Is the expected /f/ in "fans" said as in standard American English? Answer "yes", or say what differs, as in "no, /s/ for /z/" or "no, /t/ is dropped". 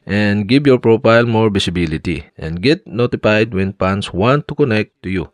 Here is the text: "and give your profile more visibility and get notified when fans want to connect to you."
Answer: no, /p/ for /f/